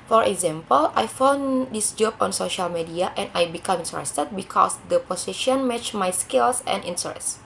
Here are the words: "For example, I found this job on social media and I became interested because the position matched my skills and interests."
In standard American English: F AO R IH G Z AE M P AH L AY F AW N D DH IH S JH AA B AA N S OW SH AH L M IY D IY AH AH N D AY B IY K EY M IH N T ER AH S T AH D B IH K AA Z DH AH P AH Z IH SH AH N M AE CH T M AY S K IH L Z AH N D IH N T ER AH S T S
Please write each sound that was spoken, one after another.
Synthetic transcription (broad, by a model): F AO R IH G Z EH M P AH L AY F AW N D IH S JH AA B AA N S OW SH AH L M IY D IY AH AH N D AY B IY K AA M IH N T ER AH S T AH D B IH K AA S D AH P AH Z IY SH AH N M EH CH M AY S K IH L S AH N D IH N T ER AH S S